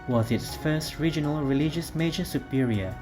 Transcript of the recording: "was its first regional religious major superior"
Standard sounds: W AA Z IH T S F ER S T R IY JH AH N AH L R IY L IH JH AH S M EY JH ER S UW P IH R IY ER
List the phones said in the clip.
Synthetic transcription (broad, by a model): W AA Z IH T S F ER S T R IY JH AH N AH L R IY L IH JH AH S M EY JH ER S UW P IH R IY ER